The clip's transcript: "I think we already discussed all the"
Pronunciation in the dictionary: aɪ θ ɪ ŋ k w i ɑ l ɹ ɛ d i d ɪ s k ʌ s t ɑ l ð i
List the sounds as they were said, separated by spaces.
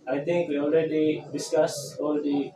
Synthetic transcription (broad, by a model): aɪ t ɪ ŋ k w i ɑ l ɹ ɛ d i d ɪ s k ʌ s ɑ l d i